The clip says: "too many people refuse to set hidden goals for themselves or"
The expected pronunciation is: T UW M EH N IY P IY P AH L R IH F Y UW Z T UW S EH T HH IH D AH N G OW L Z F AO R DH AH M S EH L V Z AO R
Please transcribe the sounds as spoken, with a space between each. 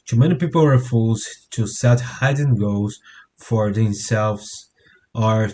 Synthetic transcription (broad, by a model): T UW M EH N IY P IY P AH L R IH F Y UW Z T UW S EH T HH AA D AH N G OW Z F AO R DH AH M S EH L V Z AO R